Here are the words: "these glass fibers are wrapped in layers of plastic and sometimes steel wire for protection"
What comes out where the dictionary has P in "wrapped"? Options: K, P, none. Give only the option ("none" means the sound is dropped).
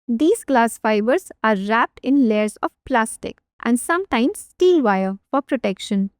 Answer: P